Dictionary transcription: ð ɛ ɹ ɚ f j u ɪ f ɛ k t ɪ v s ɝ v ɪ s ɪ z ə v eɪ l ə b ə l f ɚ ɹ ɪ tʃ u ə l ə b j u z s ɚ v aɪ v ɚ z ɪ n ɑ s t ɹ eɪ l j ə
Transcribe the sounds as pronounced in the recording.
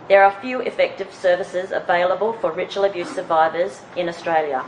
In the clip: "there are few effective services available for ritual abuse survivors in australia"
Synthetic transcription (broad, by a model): ð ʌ ɹ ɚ f j u ɪ f ɛ k t ɪ v s ɝ v ɪ s ɪ z ə v eɪ l ə b ə l f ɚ ɹ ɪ tʃ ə l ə b j u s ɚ v aɪ v ɚ z ɪ n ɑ s t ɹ eɪ l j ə